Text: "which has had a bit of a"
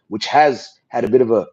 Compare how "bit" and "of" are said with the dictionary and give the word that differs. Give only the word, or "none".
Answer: none